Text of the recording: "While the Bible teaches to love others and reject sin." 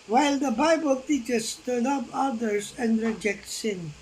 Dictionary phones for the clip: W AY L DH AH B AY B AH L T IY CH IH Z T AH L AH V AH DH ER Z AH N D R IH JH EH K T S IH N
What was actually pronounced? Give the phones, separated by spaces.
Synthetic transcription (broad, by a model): W AY L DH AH B AY B AH L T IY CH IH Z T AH N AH P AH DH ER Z AH N D R IH JH EH K T S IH N